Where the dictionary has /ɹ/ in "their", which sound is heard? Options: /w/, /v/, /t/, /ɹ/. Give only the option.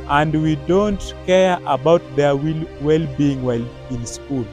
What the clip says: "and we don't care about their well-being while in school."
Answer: /w/